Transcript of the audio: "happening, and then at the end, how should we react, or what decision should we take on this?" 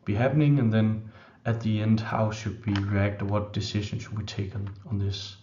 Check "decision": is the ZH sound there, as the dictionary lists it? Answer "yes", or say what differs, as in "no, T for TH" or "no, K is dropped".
no, SH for ZH